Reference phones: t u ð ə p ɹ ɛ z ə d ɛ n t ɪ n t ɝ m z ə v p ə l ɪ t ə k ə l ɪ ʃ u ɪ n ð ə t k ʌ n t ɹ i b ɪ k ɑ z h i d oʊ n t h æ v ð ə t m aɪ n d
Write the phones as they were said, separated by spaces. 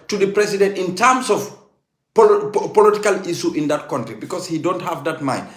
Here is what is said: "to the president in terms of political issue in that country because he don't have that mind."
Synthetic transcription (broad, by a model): t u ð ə p ɹ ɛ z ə d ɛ n t ɪ n t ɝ m s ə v p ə l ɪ t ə k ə l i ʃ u ɪ n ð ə t k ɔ n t ɹ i b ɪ k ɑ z h i d oʊ n t h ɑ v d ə t m aɪ n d